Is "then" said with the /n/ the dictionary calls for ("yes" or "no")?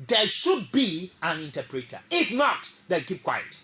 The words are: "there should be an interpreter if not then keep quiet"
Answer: no